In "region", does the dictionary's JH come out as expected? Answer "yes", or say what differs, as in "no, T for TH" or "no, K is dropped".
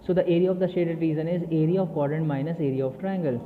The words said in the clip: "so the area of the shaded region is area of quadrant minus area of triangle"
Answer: no, Z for JH